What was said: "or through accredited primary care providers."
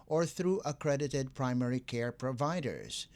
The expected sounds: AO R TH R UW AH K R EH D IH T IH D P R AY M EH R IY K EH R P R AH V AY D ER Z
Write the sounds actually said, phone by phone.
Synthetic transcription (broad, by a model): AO R TH R UW AH K R EH D IH T IH D P R AY M EH R IY K EH R P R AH V AY D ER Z